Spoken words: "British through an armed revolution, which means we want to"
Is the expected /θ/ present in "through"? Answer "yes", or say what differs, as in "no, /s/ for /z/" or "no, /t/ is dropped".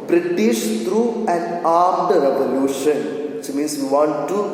no, /t/ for /θ/